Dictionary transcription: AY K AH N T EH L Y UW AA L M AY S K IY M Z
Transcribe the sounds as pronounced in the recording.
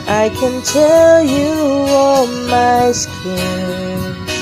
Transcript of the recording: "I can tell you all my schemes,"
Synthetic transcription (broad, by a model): AY K AH N T EH L Y UW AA N M AY S K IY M